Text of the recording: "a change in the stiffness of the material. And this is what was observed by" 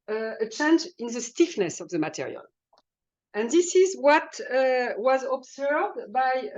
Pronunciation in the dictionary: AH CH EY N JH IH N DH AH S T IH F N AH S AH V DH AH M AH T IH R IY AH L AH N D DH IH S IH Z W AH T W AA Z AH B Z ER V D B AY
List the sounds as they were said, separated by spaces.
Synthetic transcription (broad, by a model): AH CH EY N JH IH N DH AH S T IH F N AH S AH V DH AH M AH T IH R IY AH L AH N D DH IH S IH Z W AH T W AA Z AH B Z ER V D B AY